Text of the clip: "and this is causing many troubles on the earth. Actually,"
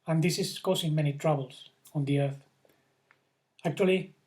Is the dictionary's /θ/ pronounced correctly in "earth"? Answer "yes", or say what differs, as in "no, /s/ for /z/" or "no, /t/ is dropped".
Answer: yes